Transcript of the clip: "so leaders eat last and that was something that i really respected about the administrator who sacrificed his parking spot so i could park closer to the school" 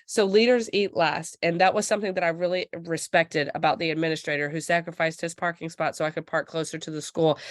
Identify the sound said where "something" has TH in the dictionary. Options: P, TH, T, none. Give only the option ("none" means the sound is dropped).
TH